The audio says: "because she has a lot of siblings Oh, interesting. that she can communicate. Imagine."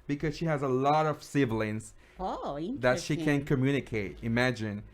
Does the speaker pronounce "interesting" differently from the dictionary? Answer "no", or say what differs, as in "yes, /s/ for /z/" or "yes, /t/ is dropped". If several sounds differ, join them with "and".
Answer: yes, /s/ is dropped